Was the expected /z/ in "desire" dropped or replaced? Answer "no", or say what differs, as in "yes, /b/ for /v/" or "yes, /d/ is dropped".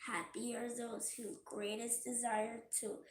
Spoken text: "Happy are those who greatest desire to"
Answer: no